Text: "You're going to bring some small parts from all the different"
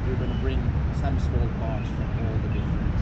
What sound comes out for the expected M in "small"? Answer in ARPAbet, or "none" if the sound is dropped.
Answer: none